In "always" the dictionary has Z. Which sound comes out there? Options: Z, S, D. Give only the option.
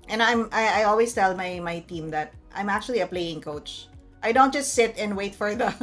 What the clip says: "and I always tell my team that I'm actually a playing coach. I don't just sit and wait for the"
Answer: S